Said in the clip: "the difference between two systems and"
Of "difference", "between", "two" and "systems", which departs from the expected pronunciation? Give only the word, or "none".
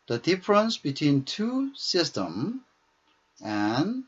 systems